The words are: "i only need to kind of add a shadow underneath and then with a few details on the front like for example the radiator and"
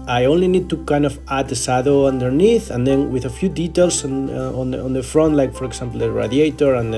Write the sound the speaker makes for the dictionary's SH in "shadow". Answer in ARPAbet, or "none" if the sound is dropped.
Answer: S